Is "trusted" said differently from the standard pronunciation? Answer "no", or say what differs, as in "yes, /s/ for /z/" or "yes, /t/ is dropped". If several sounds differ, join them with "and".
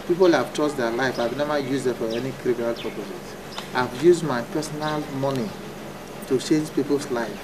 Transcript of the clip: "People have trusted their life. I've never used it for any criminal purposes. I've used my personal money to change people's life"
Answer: yes, /ɹ/ is dropped